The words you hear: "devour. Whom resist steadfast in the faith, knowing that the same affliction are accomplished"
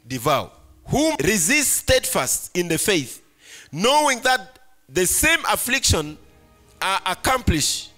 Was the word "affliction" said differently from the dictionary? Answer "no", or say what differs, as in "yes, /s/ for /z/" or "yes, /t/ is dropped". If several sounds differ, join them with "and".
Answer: no